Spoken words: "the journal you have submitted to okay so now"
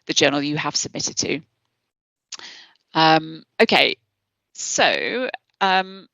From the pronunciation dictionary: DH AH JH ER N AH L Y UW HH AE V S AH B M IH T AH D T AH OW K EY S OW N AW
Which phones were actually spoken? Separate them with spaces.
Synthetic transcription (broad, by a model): DH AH JH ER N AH L Y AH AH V S AH B M IH T AH D T AH OW K EY S OW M